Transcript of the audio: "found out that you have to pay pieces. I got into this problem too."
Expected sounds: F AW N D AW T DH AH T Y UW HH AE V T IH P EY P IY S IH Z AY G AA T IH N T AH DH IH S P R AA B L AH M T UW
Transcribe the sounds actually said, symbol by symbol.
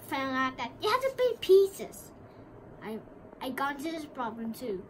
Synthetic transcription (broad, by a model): F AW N AW T DH AH T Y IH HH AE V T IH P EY P IY S IH Z AY AA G IH N T AH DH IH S P R AA B L AH M T UW